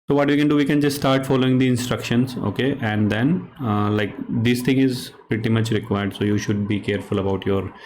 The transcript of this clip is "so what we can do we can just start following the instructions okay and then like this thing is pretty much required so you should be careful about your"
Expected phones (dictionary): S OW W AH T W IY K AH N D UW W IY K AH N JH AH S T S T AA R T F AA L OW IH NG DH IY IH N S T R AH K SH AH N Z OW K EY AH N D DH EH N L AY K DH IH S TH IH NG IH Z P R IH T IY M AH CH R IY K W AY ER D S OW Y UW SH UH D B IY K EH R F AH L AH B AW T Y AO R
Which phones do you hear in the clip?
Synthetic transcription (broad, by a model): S OW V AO T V IY K AH N D UW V IY K AH N JH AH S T S T AA R T F AA L OW IH NG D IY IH N S T R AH K SH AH N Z OW K EY AH N D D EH N L AY K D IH S T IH NG IH Z P R IH T IY M AH CH R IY K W AY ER D S OW Y UW SH UH D B IY K EH R F AH L AH B AW T Y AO R